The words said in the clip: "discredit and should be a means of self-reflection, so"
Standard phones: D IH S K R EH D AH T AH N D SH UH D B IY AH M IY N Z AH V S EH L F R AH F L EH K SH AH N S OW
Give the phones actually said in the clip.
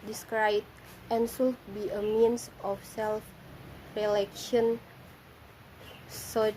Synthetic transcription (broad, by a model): D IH S K R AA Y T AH N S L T B IY AH M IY N S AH F S EH L F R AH L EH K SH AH N S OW